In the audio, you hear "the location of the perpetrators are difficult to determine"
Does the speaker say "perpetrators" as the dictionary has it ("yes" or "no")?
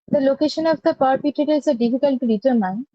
no